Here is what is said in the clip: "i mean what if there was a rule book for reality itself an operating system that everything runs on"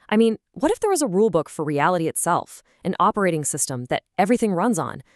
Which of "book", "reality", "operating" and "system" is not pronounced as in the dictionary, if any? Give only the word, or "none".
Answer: none